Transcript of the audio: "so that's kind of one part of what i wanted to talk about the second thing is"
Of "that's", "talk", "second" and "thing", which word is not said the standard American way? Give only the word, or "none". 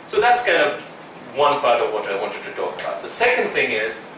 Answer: none